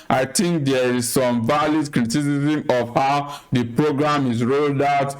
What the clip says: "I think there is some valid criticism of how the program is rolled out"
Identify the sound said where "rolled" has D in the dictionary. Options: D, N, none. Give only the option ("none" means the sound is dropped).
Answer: D